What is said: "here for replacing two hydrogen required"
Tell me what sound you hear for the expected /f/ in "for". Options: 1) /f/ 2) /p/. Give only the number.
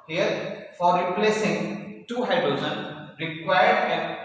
1